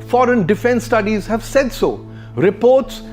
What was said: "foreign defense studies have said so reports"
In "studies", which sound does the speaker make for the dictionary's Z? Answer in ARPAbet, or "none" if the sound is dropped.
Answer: Z